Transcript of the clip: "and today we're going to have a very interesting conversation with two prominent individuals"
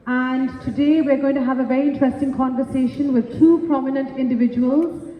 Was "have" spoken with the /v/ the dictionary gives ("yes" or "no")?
yes